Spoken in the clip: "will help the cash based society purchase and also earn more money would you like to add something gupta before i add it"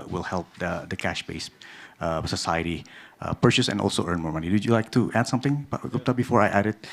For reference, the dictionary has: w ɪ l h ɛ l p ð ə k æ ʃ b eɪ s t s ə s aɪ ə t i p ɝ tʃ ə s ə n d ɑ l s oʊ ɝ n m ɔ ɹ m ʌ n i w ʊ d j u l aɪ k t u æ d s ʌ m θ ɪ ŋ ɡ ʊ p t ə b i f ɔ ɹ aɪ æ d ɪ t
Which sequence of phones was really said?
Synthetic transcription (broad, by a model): w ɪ l h ɛ l p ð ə k æ ʃ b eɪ s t s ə s aɪ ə t i p ɝ tʃ ə s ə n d ɑ l s oʊ ɝ n m ɔ ɹ m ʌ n i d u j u l aɪ k t u æ d s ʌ m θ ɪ ŋ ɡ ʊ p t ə b i f ɔ ɹ aɪ æ d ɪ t